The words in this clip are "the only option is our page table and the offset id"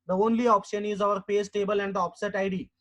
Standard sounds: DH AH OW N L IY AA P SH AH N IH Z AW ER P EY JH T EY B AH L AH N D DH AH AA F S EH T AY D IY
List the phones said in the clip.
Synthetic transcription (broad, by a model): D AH OW N L IY AA P SH AH N IH Z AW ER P EY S T EY B AH L AH N D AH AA P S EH T AY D IY